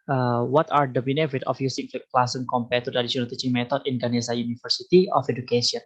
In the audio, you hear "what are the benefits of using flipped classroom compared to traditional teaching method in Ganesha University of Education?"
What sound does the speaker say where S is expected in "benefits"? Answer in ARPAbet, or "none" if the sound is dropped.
none